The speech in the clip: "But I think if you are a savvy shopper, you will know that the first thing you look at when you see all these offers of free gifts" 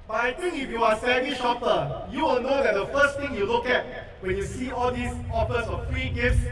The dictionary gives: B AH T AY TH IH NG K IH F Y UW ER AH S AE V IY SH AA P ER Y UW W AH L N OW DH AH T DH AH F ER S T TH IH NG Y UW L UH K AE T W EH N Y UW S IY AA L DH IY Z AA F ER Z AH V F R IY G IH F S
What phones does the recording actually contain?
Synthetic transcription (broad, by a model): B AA T AY T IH NG K IH F Y UW AH S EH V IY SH AA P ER Y UW W AH L N OW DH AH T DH AH F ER S T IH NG Y UW L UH K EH T W EH N Y UW S IY AA L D IY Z AA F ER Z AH F F R IY G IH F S